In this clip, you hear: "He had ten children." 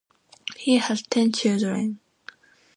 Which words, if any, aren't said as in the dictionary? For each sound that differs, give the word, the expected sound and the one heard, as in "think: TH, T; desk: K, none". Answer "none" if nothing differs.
children: L, none